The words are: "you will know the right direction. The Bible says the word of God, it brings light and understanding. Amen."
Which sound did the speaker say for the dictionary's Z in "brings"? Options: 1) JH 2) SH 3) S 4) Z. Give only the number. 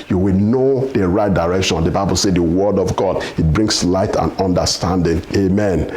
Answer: 3